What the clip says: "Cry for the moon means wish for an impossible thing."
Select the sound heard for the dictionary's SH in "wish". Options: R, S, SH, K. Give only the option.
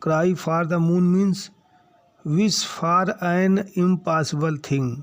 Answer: S